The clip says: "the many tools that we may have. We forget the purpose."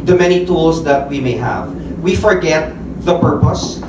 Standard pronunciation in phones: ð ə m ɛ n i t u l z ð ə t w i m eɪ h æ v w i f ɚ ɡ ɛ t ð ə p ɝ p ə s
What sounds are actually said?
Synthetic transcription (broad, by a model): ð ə m ɛ n i t u l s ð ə t w i m eɪ h æ v w i f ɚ ɡ ɛ t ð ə p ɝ p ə s